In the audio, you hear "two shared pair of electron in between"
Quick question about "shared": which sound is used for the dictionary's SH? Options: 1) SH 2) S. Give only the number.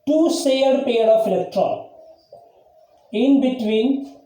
2